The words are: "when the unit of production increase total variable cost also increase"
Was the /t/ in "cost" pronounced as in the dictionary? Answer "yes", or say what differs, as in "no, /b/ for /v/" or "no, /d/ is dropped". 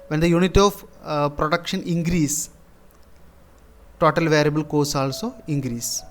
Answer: no, /t/ is dropped